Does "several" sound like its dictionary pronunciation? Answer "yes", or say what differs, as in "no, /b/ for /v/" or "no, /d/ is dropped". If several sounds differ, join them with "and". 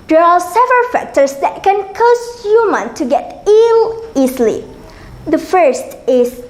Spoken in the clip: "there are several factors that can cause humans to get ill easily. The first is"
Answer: yes